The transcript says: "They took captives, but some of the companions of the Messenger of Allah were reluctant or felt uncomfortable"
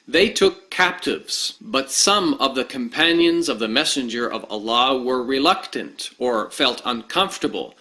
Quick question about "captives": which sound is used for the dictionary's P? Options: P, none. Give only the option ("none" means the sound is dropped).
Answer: P